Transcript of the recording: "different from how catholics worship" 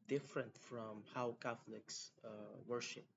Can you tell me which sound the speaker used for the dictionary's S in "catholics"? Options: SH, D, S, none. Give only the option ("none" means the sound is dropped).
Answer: S